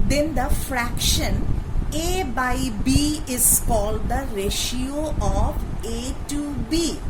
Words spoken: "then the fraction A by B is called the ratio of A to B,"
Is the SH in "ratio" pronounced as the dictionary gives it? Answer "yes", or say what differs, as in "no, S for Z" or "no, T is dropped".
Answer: yes